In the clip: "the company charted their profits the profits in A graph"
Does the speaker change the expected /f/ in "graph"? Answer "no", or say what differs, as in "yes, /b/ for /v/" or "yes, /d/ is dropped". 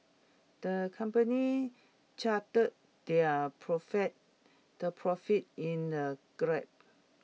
yes, /p/ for /f/